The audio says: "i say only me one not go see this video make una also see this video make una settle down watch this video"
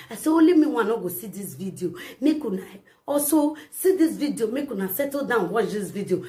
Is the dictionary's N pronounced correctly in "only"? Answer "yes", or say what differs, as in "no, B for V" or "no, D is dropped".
no, N is dropped